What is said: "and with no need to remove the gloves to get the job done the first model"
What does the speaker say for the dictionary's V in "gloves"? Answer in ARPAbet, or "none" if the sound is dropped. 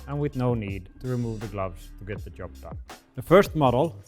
V